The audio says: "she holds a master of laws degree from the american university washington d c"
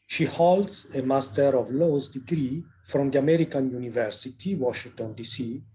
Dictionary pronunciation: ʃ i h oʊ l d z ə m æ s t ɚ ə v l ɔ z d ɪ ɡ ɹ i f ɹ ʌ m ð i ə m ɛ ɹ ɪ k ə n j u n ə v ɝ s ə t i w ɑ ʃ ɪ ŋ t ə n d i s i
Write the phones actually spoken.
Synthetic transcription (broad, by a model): ʃ i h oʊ l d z ə m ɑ s t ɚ ə v l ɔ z d ɪ ɡ ɹ i f ɹ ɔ m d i ə m ɛ ɹ ɪ k ə n j u n ə v ɝ s ə t i w ɑ ʃ ɪ ŋ t ə n d i s i